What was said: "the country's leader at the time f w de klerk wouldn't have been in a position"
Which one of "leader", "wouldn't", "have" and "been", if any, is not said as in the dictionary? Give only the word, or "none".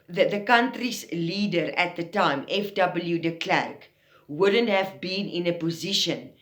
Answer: none